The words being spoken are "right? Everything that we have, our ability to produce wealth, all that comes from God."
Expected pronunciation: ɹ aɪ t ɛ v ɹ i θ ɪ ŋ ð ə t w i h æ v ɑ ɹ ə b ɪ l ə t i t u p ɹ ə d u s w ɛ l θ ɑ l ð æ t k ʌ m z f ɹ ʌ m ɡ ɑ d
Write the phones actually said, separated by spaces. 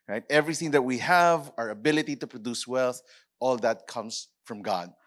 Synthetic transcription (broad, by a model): ɹ aɪ t ɛ v ɹ i θ ɪ ŋ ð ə t w i h æ v ɑ ɹ ə b ɪ l ə t i t u p ɹ ə d u s w ɛ l θ ɑ l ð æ t k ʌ m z f ɹ ʌ m ɡ ɑ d